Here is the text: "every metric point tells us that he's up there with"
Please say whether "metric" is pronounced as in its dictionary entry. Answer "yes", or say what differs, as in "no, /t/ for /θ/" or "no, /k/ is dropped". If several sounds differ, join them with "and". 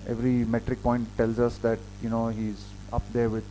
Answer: yes